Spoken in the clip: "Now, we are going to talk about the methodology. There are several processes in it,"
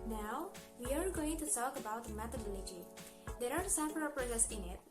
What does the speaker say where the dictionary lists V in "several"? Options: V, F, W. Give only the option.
F